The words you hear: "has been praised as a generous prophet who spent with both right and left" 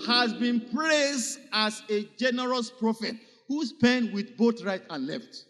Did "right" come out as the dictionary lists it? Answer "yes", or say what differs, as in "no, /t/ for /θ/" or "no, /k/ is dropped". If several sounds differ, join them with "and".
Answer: yes